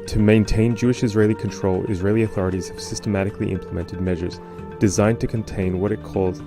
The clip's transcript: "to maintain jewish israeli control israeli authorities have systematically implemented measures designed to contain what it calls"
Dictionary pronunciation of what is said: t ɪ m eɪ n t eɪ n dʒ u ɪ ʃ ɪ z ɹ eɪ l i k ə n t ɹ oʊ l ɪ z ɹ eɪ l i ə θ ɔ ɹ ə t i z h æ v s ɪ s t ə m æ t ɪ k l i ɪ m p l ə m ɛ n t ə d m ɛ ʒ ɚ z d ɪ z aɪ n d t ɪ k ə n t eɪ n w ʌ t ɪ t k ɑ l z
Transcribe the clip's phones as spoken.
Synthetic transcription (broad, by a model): t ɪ m eɪ n t eɪ n dʒ u ɪ ʃ ɪ z ɹ eɪ l i k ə n t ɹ oʊ l ɪ z ɹ eɪ l i ə θ ɔ ɹ ə t i z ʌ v s ɪ s t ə m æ t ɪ k l i ɪ m p l ə m ɛ n t ə d m ɛ ʒ ɚ z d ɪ z aɪ n t ɪ k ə n t eɪ n w ʌ t ɪ t k ɑ l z